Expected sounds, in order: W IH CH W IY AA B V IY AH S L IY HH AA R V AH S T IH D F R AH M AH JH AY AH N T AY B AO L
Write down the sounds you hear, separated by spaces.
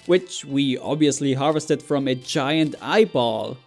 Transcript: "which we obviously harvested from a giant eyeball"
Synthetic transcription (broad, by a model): W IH CH W IY AA B V IY AH S L IY HH AA R V AH S T IH D F R AH M AH JH AY AH N T AY B AO L